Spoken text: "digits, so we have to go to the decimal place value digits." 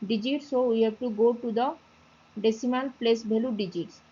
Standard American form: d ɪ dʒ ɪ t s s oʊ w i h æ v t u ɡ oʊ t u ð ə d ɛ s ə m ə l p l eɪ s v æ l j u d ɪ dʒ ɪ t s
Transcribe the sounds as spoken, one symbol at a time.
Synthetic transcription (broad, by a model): d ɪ dʒ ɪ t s s oʊ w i h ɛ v t u ɡ oʊ t u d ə d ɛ s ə m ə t p l eɪ s b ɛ l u d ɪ dʒ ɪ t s